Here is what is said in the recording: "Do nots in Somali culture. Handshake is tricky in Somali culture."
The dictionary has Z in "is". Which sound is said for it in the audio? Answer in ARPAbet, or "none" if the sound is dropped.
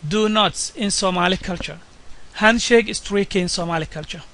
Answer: S